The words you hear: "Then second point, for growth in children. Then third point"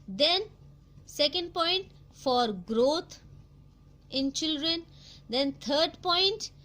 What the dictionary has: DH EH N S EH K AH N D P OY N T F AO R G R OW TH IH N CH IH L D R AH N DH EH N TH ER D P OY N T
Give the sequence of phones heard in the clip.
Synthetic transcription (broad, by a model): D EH N S EH K AH N D P OY N T F AO R G R OW T IH N CH IH L D R AH N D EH N T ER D P OY N T